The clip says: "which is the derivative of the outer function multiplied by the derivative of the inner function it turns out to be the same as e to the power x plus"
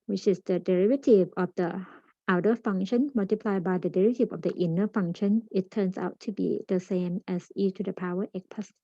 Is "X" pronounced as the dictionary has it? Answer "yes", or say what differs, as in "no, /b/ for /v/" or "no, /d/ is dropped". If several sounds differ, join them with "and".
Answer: no, /s/ is dropped